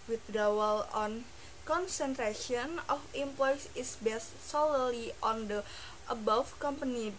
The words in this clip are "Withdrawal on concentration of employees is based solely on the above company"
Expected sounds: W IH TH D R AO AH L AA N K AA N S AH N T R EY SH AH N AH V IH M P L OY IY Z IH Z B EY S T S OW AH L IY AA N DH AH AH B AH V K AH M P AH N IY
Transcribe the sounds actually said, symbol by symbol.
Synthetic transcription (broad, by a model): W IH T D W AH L AA N K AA N S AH N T R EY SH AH N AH F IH M P L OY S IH S B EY S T S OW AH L IY AA N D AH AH B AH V K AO M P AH N IY